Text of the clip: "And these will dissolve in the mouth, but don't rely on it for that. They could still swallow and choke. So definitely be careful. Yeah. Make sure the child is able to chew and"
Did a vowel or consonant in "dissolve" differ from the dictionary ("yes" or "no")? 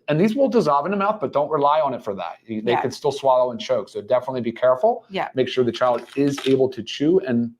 no